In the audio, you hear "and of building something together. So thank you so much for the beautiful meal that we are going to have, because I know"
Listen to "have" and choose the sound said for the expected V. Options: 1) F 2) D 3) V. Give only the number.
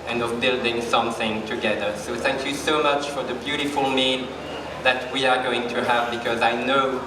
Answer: 3